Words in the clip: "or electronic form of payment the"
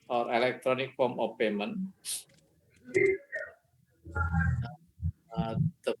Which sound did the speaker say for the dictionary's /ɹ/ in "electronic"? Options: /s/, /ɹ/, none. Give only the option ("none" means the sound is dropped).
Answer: /ɹ/